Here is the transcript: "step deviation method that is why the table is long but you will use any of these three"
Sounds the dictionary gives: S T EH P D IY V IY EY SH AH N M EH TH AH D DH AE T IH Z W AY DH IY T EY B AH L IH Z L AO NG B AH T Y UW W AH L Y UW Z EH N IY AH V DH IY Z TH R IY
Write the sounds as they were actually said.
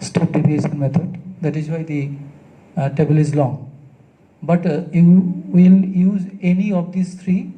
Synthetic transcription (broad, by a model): S T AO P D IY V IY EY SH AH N M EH T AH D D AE T IH Z W AY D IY T EY B AH L IH Z L AO NG B AH T Y UW W AH L Y UW Z EH N IY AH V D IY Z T R IY